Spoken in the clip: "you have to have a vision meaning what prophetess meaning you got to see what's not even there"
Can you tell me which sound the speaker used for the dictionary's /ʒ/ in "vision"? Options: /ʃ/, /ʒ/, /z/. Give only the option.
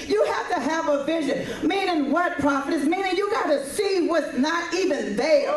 /ʒ/